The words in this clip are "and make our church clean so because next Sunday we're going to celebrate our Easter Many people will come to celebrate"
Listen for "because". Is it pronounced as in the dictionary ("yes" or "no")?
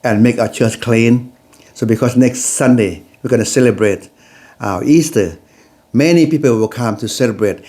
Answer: no